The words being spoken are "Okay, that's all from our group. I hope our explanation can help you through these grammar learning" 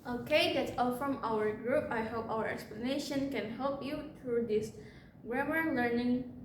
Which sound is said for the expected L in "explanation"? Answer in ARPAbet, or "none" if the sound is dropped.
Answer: L